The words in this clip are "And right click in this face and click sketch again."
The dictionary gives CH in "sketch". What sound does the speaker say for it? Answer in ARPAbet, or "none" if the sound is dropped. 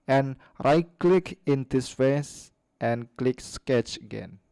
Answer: CH